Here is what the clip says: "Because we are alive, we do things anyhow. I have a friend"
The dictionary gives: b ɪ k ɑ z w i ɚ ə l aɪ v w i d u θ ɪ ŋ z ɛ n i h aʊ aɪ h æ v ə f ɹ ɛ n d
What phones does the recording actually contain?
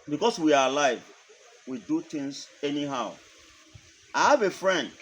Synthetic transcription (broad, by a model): b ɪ k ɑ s w i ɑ ə l aɪ v w i d u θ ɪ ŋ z ɛ n i h aʊ aɪ h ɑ v ə f ɹ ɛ n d